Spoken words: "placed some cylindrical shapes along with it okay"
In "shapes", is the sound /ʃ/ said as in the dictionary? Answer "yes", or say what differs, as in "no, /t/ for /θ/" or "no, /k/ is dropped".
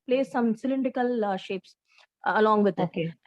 yes